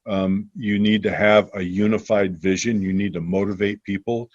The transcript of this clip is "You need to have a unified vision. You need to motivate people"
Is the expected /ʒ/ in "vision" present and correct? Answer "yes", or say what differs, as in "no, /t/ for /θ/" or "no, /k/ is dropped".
yes